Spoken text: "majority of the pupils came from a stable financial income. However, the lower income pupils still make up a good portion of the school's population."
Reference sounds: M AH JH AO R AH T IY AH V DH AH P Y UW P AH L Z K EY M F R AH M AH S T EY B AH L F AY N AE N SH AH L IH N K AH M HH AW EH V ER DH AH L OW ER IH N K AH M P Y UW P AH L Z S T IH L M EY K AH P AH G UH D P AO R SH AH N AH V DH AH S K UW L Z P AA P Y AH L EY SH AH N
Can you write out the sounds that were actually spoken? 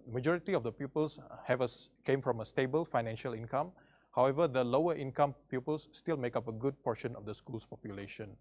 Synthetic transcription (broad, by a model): M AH JH AO R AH T IY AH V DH AH P Y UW P AH L S K EY M F R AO M AH S T EY B AH L F AY N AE N SH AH L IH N K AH M HH AW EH V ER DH AH L OW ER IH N K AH M P Y UW P AH L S T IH L M EY K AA P AH G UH D P AO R SH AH N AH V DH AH S K UW L S P AA P Y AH L EY SH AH N